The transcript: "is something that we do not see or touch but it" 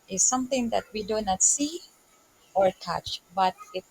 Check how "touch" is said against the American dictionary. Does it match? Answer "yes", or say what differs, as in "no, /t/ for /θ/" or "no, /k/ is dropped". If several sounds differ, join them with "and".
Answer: yes